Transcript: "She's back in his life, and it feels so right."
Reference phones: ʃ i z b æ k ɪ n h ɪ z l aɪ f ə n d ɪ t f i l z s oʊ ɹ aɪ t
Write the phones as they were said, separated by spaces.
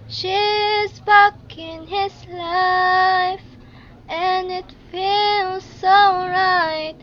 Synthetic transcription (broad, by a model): ʃ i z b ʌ k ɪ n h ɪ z l aɪ f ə n ɪ t f i l z s oʊ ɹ aɪ t